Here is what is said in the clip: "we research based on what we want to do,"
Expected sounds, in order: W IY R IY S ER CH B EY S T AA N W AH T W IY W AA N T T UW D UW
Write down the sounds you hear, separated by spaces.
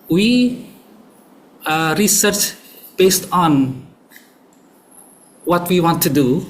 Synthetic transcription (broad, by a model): W IY R IY S ER CH B EY S T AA N W AH T W IY W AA N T T UW D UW